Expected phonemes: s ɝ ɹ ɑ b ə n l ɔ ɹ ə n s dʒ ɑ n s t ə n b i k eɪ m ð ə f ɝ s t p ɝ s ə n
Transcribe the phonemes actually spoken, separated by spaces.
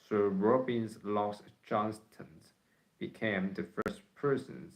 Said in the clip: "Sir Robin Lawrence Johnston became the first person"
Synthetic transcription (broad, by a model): s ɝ ɹ ɑ b ə n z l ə s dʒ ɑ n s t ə n b i k eɪ m ð ə f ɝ s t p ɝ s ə n